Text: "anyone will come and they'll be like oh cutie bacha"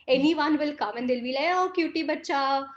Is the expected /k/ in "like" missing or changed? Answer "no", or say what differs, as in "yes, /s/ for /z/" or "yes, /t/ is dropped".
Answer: yes, /k/ is dropped